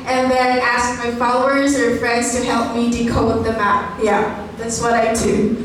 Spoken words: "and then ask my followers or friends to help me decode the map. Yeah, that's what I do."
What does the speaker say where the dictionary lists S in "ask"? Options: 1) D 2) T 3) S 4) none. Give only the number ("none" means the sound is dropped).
3